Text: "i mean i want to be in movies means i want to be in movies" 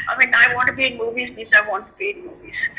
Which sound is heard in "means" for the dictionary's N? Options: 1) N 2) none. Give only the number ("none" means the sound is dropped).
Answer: 2